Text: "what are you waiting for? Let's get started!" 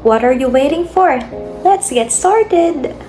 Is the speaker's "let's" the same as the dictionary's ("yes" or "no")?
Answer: no